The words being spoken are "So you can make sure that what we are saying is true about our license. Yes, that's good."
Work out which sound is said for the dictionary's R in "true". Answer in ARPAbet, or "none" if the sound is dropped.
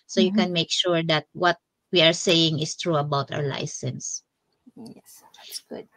R